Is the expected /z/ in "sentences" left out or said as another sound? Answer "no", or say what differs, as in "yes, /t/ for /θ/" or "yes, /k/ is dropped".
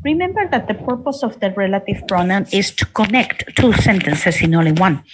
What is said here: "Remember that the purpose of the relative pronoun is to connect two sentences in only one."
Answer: yes, /s/ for /z/